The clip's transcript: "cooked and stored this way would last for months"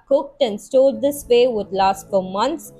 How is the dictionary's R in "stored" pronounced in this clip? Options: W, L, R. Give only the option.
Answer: L